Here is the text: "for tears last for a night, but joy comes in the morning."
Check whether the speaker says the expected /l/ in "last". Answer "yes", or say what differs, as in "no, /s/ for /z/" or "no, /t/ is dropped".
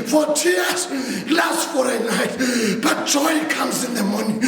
yes